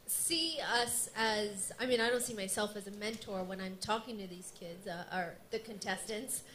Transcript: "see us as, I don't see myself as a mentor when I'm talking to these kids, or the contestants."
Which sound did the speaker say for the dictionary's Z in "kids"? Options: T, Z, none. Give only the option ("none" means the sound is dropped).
Z